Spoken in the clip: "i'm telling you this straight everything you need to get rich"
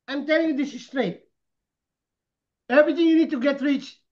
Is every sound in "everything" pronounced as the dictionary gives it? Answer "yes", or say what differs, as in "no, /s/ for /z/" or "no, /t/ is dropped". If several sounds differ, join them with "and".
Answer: no, /t/ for /θ/